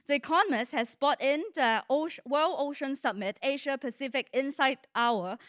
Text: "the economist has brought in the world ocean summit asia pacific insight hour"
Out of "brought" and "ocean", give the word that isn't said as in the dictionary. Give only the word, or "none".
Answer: brought